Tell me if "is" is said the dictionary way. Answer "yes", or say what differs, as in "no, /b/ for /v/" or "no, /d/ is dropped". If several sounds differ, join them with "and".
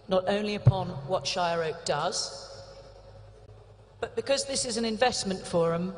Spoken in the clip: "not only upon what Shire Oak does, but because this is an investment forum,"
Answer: yes